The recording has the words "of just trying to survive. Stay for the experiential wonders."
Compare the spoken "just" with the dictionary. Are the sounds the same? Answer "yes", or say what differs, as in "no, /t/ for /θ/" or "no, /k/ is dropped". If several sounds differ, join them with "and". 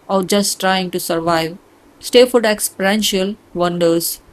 yes